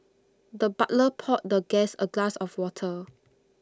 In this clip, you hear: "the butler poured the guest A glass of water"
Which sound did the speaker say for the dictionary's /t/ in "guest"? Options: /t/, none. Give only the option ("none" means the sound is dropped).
none